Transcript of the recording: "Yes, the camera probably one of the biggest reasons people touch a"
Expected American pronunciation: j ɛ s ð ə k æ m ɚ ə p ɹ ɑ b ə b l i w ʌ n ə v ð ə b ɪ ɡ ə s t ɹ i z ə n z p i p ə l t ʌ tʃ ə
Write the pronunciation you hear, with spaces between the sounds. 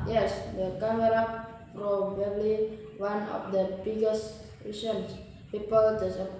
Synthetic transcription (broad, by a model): j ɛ s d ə k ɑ m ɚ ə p ɹ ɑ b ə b l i w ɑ n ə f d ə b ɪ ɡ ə s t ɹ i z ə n s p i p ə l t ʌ s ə